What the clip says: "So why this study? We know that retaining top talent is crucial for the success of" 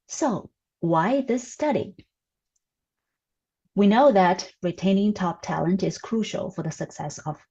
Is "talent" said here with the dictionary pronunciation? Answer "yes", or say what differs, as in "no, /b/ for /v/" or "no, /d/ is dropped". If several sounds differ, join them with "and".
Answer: yes